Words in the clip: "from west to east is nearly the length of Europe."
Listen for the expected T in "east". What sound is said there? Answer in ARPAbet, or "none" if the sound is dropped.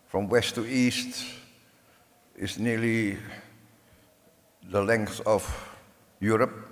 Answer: T